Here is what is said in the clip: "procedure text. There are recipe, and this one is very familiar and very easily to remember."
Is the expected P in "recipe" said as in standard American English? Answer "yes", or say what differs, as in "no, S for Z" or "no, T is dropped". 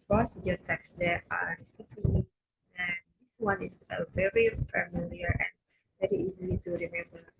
no, P is dropped